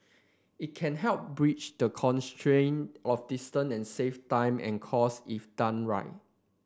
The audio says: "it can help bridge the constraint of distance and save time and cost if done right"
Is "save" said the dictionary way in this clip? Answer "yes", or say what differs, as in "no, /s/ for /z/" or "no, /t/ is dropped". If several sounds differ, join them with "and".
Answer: no, /f/ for /v/